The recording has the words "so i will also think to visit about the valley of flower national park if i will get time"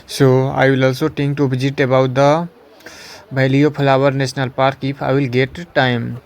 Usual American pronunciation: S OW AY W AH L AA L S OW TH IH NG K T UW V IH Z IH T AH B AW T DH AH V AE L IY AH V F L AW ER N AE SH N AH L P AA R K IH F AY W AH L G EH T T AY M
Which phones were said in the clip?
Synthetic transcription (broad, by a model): S OW AY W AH L AA L S OW T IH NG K T UW B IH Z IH T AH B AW T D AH B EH L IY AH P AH L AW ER N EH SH N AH L P AA R K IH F AY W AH L G EH T T AY M